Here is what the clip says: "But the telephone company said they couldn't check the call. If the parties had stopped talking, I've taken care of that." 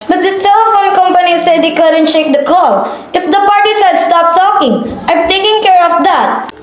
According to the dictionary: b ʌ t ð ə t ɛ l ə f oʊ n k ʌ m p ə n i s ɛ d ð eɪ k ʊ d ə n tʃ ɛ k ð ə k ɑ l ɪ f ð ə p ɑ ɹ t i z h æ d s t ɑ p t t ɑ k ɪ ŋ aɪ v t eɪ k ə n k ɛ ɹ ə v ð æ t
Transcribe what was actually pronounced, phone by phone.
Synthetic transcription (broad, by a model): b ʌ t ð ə s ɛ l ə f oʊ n k ʌ m p ə n i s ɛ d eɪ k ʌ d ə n ʃ ɛ k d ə k ɑ l ɪ f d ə p ɑ ɹ t i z h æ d s t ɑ p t t ɑ k ɪ ŋ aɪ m t eɪ k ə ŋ k ɛ ɹ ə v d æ t